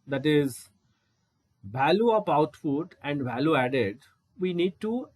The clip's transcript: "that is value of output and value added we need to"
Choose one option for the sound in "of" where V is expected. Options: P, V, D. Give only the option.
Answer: P